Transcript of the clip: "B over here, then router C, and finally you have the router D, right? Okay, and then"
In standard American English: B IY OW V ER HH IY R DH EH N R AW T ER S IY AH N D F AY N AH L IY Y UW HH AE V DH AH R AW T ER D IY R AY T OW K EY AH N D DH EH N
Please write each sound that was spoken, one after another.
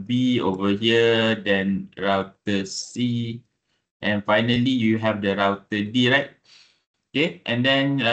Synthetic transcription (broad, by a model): B IY OW V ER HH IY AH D EH N R AW T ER S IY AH N F AY N AH L IY Y UW HH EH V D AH R AW T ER D IY R AY T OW K EY AH N D EH N